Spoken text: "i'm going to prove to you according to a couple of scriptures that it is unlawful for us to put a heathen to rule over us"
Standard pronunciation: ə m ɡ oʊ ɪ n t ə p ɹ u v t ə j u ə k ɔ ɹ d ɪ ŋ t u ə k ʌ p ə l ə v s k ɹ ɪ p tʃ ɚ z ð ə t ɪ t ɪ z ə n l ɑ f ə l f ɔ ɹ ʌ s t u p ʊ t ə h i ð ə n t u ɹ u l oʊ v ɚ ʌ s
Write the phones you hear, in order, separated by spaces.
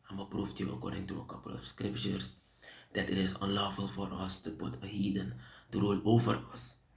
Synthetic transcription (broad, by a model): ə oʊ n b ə p ɹ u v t j u ə k ɔ ɹ d ɪ ŋ t u ə k ʌ p ə l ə f s k ɹ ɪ p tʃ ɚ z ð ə t ɪ t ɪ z ə n l ɑ f ə l f ɔ ɹ ʌ s t u p ʊ t ə h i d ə n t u ɹ u l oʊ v ɚ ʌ s